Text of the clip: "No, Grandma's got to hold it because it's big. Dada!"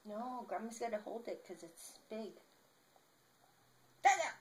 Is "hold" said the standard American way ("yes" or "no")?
yes